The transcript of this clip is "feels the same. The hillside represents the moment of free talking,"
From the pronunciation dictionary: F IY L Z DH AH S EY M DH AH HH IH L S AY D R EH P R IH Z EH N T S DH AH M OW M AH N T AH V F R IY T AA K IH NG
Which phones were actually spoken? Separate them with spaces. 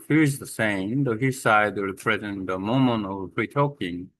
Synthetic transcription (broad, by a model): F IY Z DH AH S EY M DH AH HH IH S AY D W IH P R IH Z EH N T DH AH M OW M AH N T AH V P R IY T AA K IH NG